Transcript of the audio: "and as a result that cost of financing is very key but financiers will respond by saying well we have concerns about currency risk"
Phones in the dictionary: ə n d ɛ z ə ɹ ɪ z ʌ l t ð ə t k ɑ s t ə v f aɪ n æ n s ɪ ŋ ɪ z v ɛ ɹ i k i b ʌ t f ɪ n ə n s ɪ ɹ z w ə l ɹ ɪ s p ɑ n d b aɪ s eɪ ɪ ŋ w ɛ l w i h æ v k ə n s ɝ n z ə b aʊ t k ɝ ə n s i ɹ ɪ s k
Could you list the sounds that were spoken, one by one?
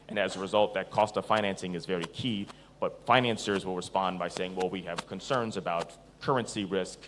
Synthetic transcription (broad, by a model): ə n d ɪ z ə ɹ ɪ z ʌ l t ð ə t k ɑ s t ə v f aɪ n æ n s ɪ ŋ ɪ z v ɛ ɹ i k i b ʌ t f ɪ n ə n s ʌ ɹ z w ə l ɹ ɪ s p ɑ n b aɪ s eɪ ɪ ŋ w ɛ l w i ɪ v k ə n s ɝ n z ə b aʊ t k ɝ ə n s i ɹ ɪ s k